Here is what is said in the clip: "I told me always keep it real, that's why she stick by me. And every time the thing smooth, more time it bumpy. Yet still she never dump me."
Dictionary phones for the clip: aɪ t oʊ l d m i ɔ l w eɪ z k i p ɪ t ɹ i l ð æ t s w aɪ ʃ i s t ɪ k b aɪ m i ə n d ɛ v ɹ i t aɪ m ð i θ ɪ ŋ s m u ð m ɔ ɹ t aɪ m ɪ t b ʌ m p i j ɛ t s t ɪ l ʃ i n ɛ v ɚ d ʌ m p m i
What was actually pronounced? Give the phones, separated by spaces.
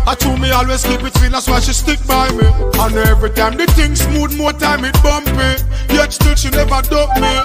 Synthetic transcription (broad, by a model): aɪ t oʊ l m i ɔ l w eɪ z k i b ɪ t w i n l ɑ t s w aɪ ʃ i s t ɪ k b aɪ m i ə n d ɛ v ɹ i t aɪ m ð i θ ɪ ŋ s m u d m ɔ t aɪ m ɪ t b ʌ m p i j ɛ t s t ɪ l ʃ i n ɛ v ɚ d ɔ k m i